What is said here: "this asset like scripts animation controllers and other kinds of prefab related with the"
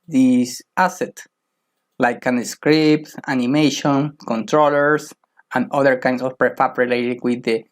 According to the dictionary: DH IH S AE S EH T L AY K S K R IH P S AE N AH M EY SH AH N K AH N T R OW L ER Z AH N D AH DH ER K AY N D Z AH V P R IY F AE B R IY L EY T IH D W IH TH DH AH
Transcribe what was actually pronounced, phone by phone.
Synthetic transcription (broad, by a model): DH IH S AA S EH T L AY K S K R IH P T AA N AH M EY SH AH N K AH N T R OW L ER S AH N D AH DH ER K AY N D S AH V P R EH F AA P R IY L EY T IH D W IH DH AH